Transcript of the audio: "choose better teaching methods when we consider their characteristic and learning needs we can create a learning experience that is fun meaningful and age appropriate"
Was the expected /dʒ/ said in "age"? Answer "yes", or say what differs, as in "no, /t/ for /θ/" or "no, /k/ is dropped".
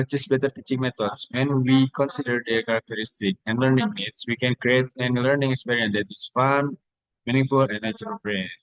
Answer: no, /tʃ/ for /dʒ/